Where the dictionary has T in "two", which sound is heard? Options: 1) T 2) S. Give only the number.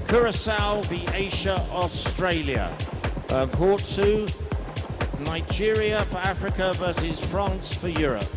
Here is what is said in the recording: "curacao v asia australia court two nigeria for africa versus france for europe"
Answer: 2